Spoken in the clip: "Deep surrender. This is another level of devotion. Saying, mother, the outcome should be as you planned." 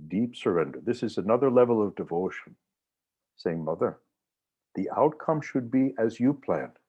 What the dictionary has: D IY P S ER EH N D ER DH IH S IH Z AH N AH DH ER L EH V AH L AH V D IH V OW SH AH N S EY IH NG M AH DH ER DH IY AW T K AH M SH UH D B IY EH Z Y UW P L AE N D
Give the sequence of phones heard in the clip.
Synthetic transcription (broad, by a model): D IY P S ER EH N D ER DH IH S IH Z AH N AH DH ER L EH V L AH V D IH V OW SH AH N S EY IH NG M AH DH ER DH IY AW T K AH M SH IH D B IY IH Z Y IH P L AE N